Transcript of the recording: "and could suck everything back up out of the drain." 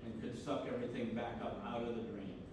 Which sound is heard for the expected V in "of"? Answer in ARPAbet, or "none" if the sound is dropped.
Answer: V